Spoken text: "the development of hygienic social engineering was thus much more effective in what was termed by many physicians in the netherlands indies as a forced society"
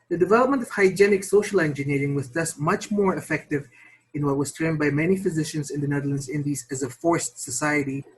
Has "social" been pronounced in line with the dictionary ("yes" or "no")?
yes